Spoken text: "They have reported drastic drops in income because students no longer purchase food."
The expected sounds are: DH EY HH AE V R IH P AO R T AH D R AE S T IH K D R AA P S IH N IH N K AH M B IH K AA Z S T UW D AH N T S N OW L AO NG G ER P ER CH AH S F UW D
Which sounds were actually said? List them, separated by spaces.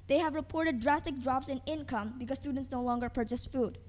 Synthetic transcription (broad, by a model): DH EY HH AE V R IH P AO R T AH D R AE S T IH K D R AA P S IH N IH N K AH M B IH K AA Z S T UW D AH N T S N OW L AO NG G ER P ER CH AH S F UW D